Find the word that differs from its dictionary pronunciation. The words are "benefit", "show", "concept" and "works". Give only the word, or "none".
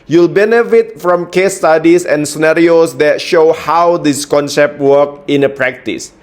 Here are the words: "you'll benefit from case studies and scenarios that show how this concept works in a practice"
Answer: works